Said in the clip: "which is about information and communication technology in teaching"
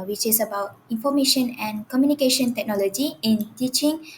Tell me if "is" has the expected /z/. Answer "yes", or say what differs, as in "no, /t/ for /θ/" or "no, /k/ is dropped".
no, /s/ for /z/